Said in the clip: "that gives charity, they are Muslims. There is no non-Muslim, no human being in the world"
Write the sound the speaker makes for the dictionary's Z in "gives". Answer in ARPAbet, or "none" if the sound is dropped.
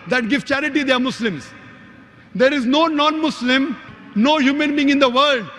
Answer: none